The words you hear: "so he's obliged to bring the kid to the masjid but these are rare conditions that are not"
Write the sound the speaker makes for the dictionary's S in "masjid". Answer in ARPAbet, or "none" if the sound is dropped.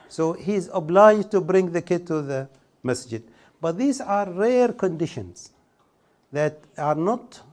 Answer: S